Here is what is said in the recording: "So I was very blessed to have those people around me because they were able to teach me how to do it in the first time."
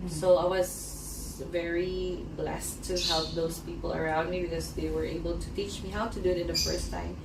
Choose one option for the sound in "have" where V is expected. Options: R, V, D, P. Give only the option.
P